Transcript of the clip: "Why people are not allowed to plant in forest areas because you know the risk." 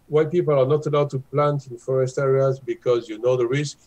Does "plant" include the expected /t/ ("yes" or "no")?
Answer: yes